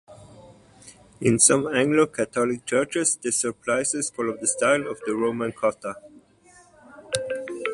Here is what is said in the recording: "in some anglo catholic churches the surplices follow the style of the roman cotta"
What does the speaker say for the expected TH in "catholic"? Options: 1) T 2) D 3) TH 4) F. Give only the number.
1